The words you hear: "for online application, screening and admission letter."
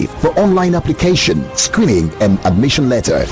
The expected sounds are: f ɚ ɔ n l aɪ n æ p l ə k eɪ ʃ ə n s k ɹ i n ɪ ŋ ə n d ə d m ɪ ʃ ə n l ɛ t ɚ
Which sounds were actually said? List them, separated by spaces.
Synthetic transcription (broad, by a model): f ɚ ɔ n l aɪ n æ p l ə k eɪ ʃ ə n s k ɹ i n ɪ ŋ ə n ə d m ɪ ʃ ə n l ɛ t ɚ